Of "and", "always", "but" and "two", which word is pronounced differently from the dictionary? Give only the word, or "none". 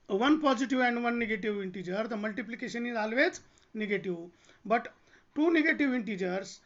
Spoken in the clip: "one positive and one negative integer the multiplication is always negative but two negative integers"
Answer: always